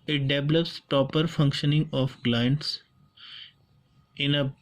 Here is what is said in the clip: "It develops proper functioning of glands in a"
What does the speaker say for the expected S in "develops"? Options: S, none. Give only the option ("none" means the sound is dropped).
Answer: S